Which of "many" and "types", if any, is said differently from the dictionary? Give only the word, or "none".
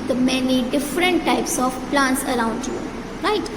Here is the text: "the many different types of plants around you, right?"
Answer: none